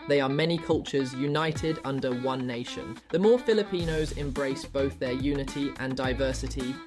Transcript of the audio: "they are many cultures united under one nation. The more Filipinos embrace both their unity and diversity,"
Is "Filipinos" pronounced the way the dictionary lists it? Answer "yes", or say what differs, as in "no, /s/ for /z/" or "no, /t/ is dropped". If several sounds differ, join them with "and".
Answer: yes